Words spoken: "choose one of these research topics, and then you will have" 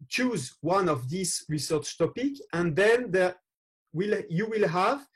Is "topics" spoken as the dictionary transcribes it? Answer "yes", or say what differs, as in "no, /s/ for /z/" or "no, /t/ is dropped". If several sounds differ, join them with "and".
no, /s/ is dropped